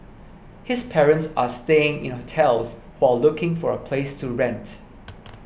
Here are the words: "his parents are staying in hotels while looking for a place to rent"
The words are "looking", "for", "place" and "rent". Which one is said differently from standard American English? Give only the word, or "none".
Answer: none